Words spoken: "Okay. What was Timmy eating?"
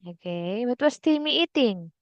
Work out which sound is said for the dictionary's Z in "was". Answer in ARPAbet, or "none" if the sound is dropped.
S